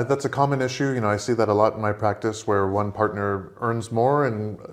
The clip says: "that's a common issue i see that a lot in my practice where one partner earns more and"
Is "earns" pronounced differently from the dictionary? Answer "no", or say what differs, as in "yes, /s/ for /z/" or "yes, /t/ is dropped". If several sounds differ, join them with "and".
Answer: no